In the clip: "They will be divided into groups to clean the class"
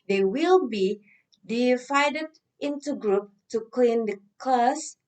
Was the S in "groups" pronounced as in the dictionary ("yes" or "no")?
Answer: no